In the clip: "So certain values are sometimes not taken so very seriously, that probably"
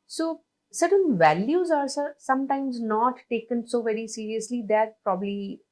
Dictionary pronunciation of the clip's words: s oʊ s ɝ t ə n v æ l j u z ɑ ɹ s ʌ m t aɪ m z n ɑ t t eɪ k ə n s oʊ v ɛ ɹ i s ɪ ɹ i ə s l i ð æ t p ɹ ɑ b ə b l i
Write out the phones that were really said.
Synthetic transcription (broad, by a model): s oʊ s ɝ t ə n v æ l j u z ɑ ɹ s ʌ m t aɪ m z n ɑ t t eɪ k ə n s oʊ v ɛ ɹ i s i ɹ i ə s l i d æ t p ɹ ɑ b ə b l i